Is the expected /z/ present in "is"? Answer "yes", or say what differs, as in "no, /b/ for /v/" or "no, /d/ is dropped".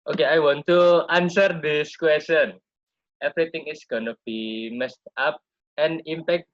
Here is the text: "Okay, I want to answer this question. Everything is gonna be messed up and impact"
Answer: no, /s/ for /z/